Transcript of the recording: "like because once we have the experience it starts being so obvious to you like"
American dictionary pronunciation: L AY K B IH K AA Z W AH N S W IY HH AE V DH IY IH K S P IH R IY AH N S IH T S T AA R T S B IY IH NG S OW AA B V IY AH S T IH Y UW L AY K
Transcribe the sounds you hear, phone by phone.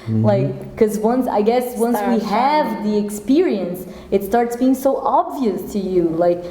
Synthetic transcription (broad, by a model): L AY K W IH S AA S W AH N S W IY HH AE V DH IY IH K S P IH R IY AH N S IH T S T AA R T S B IY IH NG S OW AA B V IY AH S T IH Y UW L AY K